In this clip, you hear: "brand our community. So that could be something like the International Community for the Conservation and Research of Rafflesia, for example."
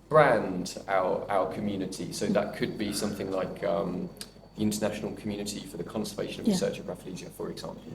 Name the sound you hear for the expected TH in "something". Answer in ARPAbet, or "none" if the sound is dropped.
TH